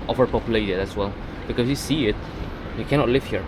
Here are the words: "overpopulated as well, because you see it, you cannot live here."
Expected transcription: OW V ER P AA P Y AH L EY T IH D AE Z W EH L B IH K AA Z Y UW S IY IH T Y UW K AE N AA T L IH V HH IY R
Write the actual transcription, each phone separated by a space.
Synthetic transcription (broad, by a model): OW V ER P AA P Y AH L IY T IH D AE S W EH L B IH K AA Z Y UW S IY IH T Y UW K AE N AA T L IH V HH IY R